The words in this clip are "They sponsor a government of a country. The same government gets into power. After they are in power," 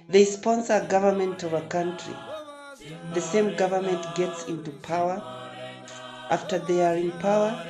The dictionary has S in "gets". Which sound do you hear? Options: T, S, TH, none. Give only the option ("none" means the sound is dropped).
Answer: S